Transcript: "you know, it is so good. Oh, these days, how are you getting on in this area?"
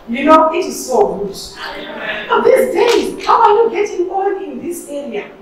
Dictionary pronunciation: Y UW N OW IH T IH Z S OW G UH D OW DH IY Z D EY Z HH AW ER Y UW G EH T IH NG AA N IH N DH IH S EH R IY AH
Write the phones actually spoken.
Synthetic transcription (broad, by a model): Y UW N OW IH T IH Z S OW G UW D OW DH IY S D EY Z HH AW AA Y UW G EH T IH NG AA L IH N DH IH S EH R IY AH